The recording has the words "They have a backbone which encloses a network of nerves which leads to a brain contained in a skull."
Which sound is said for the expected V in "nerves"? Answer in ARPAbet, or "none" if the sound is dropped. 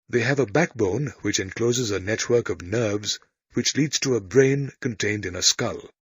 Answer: V